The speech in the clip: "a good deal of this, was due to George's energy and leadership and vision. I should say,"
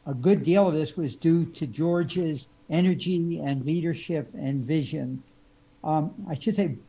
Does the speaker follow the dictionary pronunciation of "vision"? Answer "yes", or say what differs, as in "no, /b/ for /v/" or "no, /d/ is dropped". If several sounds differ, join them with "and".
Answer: yes